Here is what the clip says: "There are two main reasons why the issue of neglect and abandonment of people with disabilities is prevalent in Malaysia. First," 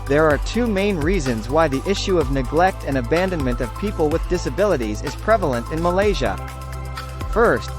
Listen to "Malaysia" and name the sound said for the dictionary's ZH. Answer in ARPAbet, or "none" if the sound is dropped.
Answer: ZH